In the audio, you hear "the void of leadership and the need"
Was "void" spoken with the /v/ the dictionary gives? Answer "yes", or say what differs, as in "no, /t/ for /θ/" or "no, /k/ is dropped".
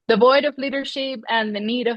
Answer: yes